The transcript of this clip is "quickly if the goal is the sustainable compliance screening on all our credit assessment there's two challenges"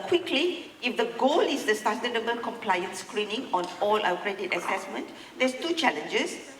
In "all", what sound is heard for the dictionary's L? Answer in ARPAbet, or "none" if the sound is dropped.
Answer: L